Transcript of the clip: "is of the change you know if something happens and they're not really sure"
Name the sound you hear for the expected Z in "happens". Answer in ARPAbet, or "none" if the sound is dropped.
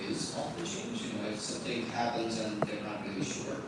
Z